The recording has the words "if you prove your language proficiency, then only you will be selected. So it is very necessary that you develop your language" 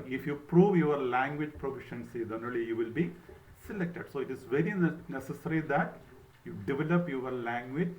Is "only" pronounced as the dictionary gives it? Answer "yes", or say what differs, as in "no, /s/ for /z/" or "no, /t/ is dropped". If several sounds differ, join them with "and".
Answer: no, /n/ is dropped